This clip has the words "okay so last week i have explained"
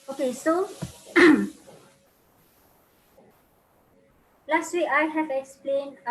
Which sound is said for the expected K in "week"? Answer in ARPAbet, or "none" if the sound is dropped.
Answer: none